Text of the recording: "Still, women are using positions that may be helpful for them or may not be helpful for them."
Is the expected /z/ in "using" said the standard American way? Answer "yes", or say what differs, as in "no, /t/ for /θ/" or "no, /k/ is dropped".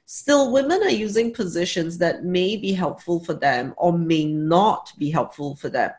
yes